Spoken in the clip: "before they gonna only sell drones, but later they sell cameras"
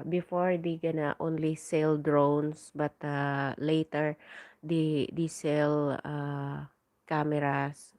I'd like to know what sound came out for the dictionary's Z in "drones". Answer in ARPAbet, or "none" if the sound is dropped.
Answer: S